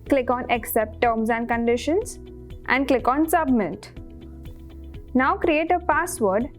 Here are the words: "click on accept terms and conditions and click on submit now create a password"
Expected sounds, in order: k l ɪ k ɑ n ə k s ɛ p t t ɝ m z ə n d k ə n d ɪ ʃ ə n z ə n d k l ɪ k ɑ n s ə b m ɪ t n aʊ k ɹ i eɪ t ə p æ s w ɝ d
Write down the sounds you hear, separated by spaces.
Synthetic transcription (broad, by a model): k l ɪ k ɑ n ə k s ɛ p t t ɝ m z ə n d k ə n d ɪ ʃ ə n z ə n d k l ɪ k ɑ n s ə b m ɪ t n aʊ k ɹ i eɪ t ə p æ s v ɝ d